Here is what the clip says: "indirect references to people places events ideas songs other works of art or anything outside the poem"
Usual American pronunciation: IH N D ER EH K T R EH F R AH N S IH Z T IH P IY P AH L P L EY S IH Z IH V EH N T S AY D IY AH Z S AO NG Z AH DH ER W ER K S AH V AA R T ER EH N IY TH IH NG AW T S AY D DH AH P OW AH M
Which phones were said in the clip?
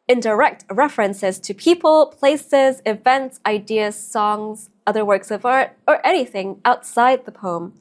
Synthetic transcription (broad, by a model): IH N D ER EH K T R EH F R AH N S IH Z T IH P IY P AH L P L EY S IH Z IH V EH N T S AY D IY AH Z S AO NG Z AH DH ER W ER K S AH V AA R T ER EH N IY TH IH NG AW T S AY D DH AH P OW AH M